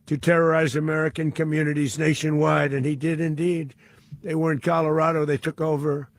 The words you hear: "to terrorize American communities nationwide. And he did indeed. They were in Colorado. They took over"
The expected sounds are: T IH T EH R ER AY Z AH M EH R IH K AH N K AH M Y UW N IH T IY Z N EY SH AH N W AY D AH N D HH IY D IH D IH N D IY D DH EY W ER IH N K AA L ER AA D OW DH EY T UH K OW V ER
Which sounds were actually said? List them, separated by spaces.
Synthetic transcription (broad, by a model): T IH T EH R ER AY Z AH M EH R IH K AH N K AH M Y UW N IH T IY Z N EY SH AH N W AY D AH N IY D IH D IH N D IY D DH EY W ER IH N K AA L ER AA D OW DH EY T UH K OW V ER